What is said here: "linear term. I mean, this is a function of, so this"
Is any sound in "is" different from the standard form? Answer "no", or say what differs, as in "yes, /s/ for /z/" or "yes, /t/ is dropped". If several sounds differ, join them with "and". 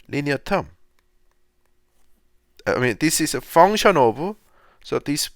yes, /s/ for /z/